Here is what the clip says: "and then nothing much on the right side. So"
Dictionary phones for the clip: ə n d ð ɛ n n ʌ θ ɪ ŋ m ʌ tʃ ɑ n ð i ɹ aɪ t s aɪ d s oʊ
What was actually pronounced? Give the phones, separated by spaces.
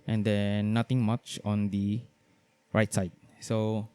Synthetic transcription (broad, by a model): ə n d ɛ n n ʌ t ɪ ŋ m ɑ tʃ ɑ n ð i ɹ aɪ t s aɪ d s oʊ